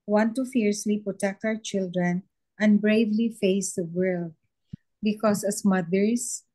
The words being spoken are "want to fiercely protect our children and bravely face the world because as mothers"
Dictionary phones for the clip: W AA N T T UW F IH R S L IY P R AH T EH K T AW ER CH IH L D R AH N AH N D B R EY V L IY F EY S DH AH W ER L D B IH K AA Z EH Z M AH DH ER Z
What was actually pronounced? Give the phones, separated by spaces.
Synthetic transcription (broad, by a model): W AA N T T UW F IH R S W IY P R AH T EH K T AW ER CH IH L D R AH N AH N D B R EY V L IY F EY S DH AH W ER L D B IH K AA S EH S M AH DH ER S